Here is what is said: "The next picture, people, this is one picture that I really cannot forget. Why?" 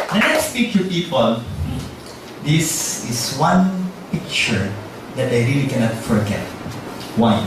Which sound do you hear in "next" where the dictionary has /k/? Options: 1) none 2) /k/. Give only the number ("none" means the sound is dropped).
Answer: 1